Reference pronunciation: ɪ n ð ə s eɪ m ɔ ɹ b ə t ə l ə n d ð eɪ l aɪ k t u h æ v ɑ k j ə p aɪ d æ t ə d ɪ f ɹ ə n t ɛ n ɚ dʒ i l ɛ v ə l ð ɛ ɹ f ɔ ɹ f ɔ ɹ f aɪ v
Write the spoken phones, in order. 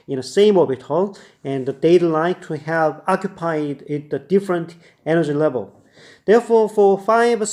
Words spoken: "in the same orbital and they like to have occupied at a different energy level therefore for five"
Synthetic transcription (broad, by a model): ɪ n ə s eɪ m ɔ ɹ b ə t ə l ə n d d eɪ l aɪ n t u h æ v ɑ k j ə p aɪ d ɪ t ə d ɪ f ɹ ə n t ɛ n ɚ dʒ i l ɛ v ə l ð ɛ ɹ f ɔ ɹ f ɔ ɹ f aɪ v